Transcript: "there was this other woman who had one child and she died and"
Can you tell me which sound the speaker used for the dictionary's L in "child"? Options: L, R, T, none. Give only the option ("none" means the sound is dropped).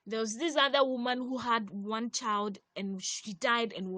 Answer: L